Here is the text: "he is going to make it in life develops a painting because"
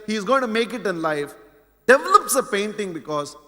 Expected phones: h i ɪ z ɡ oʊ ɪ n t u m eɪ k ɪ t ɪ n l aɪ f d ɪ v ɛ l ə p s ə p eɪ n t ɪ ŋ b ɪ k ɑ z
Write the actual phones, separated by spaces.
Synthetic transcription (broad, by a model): h i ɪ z ɡ oʊ ɪ n t u m eɪ k ɪ t ɪ n l aɪ f d ɪ v ɛ l ə p s ə p eɪ n t ɪ ŋ b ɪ k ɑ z